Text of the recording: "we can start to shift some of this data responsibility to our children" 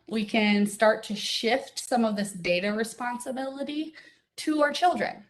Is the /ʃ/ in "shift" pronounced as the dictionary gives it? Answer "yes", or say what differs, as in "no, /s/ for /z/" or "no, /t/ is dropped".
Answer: yes